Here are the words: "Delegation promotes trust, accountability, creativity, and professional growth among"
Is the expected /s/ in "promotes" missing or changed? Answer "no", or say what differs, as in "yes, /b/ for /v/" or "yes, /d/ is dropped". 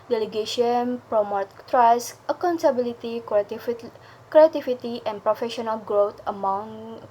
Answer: yes, /s/ is dropped